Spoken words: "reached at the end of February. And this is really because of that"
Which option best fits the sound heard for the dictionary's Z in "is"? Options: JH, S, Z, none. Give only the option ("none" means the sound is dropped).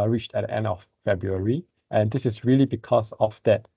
S